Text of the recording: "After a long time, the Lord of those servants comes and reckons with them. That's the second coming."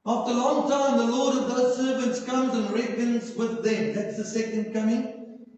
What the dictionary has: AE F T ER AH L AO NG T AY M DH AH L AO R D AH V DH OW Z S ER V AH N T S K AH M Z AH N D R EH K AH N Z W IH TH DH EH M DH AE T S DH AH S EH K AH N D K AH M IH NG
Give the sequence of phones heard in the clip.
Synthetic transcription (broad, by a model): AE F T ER AH L AO NG T AY M DH AH L AO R D AH V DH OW S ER V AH N T S K AH M Z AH N R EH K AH N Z W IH DH EH M DH AE T S DH AH S EH K AH N D K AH M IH NG